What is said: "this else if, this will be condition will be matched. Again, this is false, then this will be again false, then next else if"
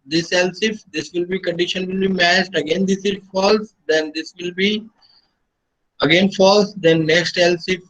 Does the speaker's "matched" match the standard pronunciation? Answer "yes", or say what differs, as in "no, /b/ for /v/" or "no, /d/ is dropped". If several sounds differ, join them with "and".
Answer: no, /s/ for /tʃ/